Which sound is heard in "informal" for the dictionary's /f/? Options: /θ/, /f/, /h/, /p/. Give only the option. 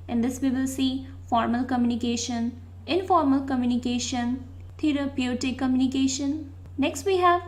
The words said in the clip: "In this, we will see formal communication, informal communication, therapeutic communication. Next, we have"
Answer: /f/